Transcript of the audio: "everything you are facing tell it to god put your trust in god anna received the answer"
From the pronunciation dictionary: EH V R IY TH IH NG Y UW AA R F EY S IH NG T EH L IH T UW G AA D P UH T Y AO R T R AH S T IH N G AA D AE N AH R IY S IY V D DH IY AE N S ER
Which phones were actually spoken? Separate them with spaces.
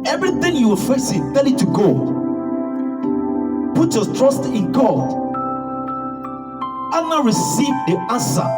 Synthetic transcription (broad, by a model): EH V R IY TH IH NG Y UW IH L F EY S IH T EH L IH T UW G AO P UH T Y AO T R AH S T IH N G AA D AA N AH R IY S IY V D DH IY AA N S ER